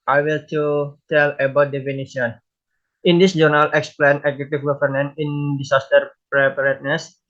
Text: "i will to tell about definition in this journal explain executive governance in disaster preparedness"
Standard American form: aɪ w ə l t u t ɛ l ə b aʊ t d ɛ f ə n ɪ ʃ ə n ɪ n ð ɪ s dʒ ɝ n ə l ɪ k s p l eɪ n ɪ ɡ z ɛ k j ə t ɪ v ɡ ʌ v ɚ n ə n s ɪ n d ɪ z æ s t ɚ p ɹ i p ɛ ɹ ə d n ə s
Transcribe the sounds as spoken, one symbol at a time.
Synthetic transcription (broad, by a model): aɪ w ə l t u t ɛ l ə b aʊ t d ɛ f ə n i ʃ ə n ɪ n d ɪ s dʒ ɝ n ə l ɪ k s p l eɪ n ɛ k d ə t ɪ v ɡ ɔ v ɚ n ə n ɪ n d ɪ s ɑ s t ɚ p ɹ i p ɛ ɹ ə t n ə s